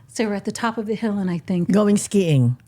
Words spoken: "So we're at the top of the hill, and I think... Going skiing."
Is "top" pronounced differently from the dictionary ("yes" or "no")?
no